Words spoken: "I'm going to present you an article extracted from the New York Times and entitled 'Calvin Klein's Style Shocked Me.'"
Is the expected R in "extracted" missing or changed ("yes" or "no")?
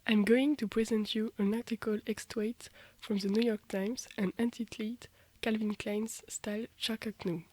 yes